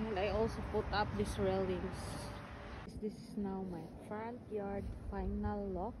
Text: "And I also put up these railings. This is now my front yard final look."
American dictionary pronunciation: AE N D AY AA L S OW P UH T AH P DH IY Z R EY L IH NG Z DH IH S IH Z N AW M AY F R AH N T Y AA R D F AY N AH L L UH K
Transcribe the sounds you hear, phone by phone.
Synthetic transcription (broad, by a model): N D AY AA L S OW P UH T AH P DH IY S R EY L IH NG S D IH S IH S N AW M AY F R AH N T Y AA R D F AY N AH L L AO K